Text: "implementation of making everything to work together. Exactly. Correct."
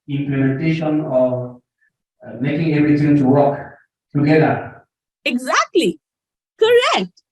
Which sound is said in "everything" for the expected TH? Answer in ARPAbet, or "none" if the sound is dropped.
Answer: T